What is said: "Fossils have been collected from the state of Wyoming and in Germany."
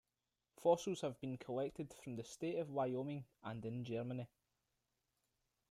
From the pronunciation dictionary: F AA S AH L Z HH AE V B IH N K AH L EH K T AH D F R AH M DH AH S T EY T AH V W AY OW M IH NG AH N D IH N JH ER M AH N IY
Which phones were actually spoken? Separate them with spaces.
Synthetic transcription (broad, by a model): F AA S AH Z HH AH V B IH N K AH L EH K T AH D F R AH M DH AH S T EY T AH V W AY OW M IH NG AH N D IH N JH ER M AH N IY